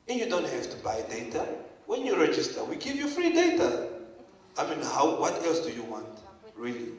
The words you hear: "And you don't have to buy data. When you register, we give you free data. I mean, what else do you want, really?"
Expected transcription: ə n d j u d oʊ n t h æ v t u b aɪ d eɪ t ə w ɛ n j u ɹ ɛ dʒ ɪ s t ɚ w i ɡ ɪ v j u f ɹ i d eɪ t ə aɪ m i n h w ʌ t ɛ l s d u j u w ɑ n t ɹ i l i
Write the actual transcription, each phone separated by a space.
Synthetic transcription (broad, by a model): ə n j u d oʊ n t h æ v t u b aɪ d eɪ t ə w ɛ n j u ɹ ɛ dʒ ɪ s t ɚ w i ɡ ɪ v j u f ɹ i d eɪ t ə aɪ m i n h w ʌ t ɛ l s d u j u w ɑ n t ɹ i l i